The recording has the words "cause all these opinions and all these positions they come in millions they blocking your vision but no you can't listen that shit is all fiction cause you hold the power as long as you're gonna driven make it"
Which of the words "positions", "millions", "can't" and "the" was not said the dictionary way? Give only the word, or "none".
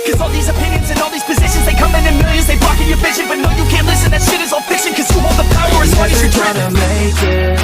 millions